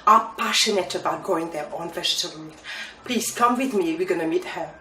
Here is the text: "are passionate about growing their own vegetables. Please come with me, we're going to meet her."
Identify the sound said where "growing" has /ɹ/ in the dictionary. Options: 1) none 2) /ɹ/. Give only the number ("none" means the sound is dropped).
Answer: 1